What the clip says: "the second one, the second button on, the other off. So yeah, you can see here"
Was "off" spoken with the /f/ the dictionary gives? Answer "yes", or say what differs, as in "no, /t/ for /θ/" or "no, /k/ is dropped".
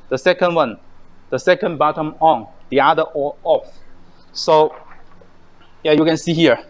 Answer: yes